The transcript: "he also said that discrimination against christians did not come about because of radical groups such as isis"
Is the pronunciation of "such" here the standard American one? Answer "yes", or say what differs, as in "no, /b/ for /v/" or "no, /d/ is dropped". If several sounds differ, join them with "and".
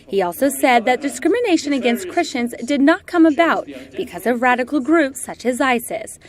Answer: yes